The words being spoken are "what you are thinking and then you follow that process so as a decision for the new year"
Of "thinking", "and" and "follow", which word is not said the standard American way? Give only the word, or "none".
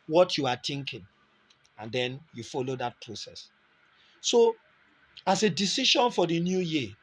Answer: thinking